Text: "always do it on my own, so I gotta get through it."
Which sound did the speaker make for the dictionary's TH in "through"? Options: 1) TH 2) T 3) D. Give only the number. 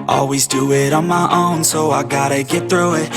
1